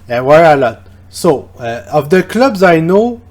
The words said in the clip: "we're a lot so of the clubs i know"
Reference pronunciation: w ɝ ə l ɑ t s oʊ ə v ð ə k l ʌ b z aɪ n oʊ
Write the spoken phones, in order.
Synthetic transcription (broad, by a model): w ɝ ə l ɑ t s oʊ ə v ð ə k l ʌ b z aɪ n oʊ